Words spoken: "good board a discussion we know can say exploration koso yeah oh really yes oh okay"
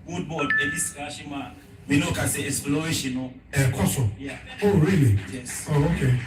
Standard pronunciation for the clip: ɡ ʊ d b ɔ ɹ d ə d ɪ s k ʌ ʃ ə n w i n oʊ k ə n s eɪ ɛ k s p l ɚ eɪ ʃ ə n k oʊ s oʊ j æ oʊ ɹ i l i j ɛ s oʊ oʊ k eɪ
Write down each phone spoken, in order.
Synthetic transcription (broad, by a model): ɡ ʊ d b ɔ l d ə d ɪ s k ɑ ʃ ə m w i n oʊ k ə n s eɪ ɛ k s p l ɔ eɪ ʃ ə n k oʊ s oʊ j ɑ oʊ ɹ i l i j ɛ s oʊ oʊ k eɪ